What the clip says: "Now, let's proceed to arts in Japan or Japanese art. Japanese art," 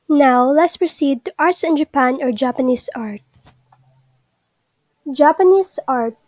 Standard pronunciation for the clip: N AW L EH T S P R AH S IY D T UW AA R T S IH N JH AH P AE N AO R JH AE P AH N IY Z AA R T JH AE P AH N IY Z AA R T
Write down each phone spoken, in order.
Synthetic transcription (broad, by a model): N AW L EH T S P R AH S IY D T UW AA R T S IH N JH AH P AE N AO R JH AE P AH N IY S AA R T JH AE P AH N IY S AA R T